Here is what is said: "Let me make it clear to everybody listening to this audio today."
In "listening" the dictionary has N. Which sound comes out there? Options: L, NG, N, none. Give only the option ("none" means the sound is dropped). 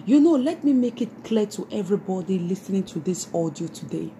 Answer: N